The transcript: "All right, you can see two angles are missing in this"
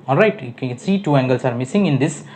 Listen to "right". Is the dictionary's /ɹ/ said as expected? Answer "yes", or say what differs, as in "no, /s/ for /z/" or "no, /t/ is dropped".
yes